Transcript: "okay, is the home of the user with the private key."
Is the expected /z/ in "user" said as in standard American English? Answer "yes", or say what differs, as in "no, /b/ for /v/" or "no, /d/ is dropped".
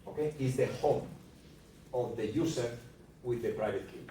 no, /s/ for /z/